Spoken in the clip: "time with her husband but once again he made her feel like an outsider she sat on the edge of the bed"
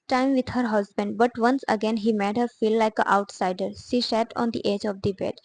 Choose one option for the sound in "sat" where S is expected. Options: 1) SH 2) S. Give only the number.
1